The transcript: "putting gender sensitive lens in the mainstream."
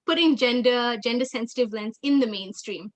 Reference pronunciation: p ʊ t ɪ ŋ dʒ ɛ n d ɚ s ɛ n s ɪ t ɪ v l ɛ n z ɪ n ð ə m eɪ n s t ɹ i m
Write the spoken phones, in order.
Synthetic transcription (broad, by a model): p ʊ t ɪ ŋ dʒ ɛ n d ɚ s ɛ n s ɪ t ɪ v l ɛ n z ɪ n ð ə m eɪ n s t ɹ i m